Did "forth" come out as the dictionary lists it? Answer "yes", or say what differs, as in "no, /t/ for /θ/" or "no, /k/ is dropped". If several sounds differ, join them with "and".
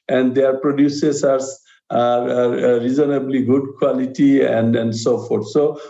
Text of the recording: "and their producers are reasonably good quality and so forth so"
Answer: no, /t/ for /θ/